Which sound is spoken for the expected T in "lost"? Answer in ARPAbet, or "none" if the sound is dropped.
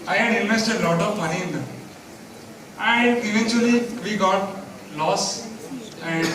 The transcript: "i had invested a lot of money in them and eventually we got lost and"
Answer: none